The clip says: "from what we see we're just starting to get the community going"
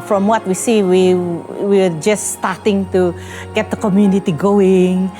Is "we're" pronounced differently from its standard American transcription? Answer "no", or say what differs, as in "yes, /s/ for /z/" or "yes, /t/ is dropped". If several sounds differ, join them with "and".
yes, /w/ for /ɹ/